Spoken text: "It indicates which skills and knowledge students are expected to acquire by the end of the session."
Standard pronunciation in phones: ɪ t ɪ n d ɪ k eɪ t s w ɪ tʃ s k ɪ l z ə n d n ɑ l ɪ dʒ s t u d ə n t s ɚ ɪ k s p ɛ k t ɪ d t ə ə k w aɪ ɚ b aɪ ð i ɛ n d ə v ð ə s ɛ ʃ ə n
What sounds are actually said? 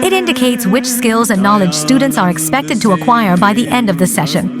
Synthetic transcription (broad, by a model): ɪ t ɪ n d ɪ k eɪ t s w ɪ tʃ s k ɪ l z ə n n ɑ l ɪ dʒ s t u d n t s ɚ ɪ k s p ɛ k t ɪ d t ə ə k w aɪ ɚ b aɪ ð i ɛ n d ə v ð ə s ɛ ʃ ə n